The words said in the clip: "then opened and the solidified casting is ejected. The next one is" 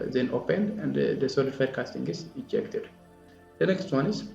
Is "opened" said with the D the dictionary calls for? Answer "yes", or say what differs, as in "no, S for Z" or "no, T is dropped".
yes